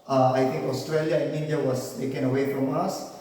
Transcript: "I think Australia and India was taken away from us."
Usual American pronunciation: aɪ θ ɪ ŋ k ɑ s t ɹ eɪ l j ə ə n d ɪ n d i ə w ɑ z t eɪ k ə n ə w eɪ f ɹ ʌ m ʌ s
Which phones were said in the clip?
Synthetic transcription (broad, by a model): aɪ t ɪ ŋ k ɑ s t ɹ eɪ l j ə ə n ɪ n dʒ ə w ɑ s t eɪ k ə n ə w eɪ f ɹ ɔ m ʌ s